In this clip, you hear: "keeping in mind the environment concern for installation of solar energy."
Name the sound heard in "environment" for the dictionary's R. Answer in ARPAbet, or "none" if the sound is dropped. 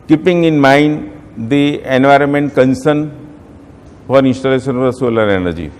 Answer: R